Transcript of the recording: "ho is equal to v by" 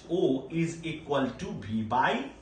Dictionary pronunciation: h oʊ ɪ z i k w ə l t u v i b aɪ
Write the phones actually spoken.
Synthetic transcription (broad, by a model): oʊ ɪ z i k w ə l t u b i b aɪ